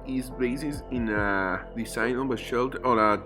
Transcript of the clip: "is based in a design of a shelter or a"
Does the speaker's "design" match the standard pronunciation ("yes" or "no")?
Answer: no